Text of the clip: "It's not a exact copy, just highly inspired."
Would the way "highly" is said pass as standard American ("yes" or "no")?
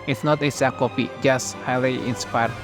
yes